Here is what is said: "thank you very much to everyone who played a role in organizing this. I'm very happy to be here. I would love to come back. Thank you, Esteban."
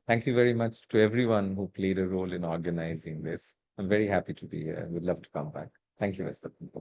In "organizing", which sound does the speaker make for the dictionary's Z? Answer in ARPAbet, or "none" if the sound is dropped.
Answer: Z